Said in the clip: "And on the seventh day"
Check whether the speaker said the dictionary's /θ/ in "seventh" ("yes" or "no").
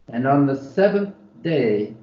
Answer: yes